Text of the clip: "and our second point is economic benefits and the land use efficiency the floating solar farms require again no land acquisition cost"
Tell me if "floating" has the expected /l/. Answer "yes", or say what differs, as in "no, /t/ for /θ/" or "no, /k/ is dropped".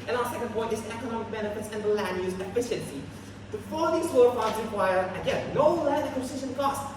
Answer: no, /l/ is dropped